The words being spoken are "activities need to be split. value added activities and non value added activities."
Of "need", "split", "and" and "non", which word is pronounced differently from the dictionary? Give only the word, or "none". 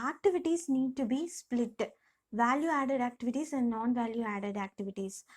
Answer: none